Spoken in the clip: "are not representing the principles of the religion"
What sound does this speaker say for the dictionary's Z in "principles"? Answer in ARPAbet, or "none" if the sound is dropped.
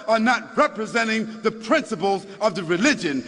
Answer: Z